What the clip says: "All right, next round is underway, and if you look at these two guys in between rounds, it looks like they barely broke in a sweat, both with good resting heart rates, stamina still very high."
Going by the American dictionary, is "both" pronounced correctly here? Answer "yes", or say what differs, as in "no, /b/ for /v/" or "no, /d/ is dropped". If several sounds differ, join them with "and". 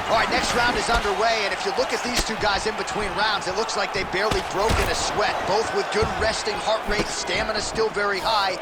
yes